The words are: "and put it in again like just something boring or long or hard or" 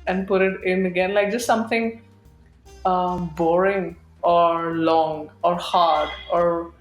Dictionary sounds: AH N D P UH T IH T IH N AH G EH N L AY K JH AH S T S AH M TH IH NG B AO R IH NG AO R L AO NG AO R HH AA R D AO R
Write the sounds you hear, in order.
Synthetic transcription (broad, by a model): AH N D P UH T IH T IH N AH G EH N L AY K JH AH S T S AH M T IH NG B AO R IH NG AO R L AO NG AO R HH AA R D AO R